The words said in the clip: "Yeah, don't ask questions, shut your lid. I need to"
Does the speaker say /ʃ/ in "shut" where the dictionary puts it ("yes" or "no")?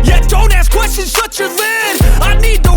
no